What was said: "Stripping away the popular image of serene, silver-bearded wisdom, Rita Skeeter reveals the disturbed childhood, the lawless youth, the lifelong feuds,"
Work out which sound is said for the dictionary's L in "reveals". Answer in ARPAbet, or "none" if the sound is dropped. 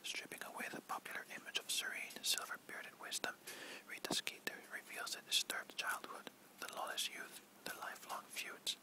L